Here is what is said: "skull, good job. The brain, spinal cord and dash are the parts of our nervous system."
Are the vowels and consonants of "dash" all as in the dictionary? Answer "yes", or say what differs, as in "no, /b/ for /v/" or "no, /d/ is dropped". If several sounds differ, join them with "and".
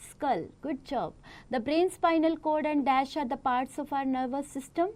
yes